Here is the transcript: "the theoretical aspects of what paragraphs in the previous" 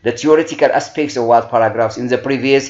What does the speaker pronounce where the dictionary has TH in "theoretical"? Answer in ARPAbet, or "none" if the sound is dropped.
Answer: T